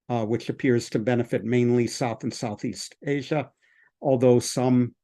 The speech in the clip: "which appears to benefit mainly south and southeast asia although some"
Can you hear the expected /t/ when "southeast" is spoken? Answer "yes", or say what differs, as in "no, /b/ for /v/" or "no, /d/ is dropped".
yes